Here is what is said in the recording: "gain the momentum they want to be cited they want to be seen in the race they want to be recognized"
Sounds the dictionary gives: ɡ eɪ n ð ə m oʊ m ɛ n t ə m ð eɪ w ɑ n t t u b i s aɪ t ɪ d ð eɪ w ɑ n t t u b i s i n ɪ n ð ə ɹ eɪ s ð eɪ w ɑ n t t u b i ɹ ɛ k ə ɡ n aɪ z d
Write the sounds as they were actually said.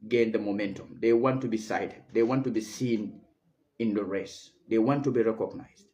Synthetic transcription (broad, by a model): ɡ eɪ n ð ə m oʊ m ɛ n t ə m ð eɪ w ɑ n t t u b i s aɪ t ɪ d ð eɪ w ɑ n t t u b i s i n ɪ n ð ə ɹ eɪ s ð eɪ w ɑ n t t u b i ɹ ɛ k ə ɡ n aɪ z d